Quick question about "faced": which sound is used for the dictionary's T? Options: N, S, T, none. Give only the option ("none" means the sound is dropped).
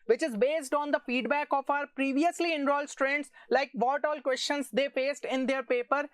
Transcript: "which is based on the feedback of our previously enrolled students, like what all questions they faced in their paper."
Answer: T